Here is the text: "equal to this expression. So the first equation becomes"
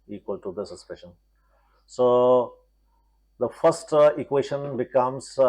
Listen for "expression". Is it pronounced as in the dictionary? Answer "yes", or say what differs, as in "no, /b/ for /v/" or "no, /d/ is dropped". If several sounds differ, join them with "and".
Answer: no, /k/ is dropped and /ɹ/ is dropped